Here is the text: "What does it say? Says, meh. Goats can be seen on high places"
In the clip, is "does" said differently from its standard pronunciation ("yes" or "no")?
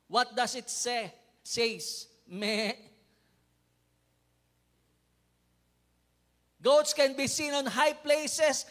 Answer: yes